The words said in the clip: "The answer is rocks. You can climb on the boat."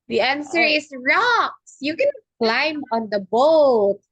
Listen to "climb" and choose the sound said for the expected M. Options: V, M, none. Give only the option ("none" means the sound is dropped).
M